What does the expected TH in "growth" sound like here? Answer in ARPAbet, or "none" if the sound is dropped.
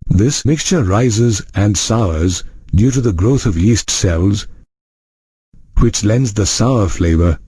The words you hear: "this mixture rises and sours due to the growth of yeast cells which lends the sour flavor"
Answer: TH